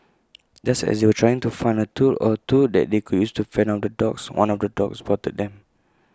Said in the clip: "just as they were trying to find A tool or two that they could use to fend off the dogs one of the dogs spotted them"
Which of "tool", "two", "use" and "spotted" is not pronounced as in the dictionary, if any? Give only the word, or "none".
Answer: spotted